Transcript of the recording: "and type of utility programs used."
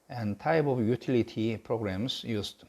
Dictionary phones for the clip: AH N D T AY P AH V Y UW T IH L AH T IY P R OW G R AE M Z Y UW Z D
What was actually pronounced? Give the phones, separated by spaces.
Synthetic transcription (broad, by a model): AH N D T AY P AH V Y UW T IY L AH T IY P R OW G R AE M S Y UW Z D